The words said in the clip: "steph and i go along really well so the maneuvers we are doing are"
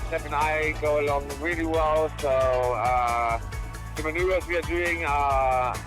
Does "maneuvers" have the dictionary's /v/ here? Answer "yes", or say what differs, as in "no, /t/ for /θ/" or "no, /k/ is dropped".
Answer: no, /v/ is dropped